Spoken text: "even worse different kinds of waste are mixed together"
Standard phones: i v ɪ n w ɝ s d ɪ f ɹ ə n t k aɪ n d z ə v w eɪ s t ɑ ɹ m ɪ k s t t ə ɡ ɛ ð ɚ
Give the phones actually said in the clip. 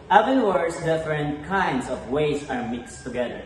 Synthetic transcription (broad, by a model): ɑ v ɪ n w ɝ s d ɪ f ɹ ə n t k aɪ n d s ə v w eɪ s ɑ ɹ m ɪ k s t t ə ɡ ɛ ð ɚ